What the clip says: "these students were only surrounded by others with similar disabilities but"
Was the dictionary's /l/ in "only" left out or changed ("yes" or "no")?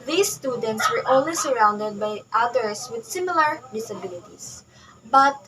yes